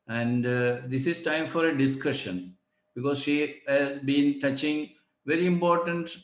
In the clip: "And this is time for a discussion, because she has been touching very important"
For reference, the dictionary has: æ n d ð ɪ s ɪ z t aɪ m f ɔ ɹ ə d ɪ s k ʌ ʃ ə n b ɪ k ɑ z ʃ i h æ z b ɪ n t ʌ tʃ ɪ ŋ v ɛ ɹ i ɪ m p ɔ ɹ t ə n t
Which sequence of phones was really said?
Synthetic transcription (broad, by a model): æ n d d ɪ s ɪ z t aɪ m f ɔ ɹ ə d ɪ s k ʌ ʃ ə n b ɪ k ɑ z ʃ i h æ z b ɪ n t ʌ tʃ ɪ ŋ v ɛ ɹ i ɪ m p ɔ ɹ t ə n t